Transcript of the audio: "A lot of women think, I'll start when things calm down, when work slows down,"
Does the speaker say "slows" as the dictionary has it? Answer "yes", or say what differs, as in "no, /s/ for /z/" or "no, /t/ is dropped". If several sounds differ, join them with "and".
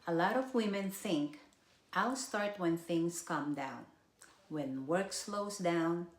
no, /s/ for /z/